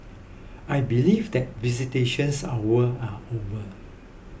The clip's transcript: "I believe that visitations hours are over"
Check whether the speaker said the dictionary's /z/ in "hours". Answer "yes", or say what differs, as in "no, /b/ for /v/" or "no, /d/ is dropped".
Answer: no, /z/ is dropped